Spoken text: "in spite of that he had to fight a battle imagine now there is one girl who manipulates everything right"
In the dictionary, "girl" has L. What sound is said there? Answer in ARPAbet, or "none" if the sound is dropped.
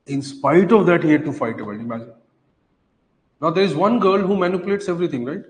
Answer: L